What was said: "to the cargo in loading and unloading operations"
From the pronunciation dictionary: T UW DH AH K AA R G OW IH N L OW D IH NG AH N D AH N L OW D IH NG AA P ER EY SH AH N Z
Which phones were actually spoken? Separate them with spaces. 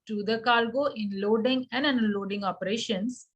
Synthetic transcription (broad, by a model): T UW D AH K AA L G OW IH N L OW D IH NG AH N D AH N L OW D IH NG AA P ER EY SH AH N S